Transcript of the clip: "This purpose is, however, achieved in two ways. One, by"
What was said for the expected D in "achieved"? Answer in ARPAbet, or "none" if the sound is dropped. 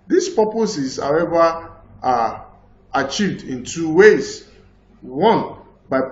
D